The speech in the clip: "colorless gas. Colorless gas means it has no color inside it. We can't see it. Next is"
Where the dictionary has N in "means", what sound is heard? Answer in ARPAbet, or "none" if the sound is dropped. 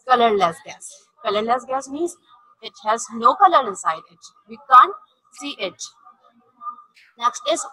none